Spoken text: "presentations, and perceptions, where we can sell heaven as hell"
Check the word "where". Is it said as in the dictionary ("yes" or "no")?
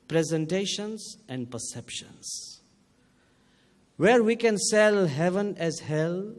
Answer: yes